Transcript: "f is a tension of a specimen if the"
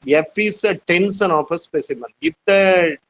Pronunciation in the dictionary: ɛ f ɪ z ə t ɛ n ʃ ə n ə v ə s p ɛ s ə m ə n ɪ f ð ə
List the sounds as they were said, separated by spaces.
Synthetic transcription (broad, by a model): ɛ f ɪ s ə t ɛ n s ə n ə p ə s p ɛ s ə m ə n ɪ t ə